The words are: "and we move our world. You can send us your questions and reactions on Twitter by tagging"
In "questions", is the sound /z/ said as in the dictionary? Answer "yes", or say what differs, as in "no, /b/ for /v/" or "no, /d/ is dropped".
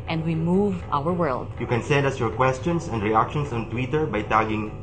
no, /s/ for /z/